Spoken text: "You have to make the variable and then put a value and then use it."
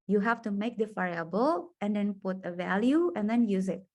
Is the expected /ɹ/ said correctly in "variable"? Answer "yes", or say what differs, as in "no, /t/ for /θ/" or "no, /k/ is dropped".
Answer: no, /ɹ/ is dropped